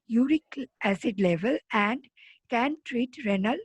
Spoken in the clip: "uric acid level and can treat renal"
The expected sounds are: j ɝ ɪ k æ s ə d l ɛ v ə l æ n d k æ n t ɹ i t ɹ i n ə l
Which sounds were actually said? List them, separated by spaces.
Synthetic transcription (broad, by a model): j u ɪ k æ s ə d l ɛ v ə l æ n d k æ n t ɹ i t ɹ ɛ n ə l